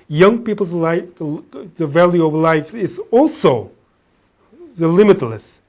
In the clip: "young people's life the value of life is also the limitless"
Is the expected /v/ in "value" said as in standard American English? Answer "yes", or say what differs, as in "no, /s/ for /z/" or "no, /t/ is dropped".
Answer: yes